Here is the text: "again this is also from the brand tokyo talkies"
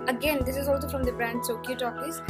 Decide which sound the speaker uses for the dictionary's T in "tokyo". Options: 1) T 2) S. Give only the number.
2